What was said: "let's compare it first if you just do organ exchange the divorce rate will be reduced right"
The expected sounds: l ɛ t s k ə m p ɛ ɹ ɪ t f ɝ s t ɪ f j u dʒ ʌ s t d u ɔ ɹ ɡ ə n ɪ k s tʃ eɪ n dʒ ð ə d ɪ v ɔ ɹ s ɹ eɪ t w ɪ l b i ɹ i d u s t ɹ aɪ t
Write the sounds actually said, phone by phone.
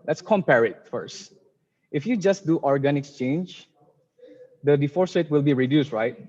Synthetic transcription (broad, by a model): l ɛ t s k ə m p ɛ ɹ ɪ t f ɝ s t ɪ f j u dʒ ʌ s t d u ɔ ɹ ɡ ə n ɪ k s tʃ eɪ n dʒ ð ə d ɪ f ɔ ɹ s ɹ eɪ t w ɪ l b i ɹ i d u s t ɹ aɪ t